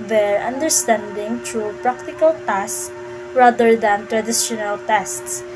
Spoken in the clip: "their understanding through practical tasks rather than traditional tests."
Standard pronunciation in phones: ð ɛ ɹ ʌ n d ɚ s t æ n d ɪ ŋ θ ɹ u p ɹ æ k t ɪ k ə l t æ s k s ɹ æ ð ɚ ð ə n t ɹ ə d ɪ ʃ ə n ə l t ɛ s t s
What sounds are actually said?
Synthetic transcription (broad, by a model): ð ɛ ɹ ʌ n d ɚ s t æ n d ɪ ŋ t ɹ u p ɹ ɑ k t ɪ k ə l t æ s s ɹ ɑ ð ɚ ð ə n t ɹ ə d ɪ ʃ ə n ə l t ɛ s t s